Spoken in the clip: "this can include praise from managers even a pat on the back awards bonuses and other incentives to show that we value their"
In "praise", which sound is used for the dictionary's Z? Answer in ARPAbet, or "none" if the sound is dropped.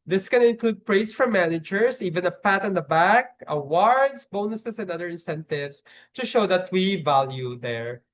S